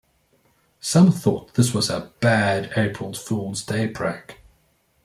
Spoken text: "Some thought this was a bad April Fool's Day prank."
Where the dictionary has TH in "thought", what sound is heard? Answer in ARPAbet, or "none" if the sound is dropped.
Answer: TH